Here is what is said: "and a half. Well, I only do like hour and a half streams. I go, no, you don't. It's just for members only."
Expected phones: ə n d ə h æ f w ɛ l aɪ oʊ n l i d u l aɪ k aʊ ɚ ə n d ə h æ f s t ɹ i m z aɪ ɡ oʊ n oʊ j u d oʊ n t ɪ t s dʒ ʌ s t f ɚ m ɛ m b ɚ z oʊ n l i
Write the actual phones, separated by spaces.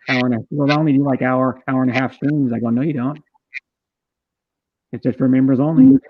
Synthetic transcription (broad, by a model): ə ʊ ə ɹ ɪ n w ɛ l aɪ oʊ n l i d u l aɪ k aʊ ɚ ə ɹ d ə h æ f s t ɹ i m z aɪ ɡ oʊ n oʊ j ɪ d oʊ n t ɪ t s dʒ ʌ s t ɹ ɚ m ɛ m b ɚ z oʊ n l i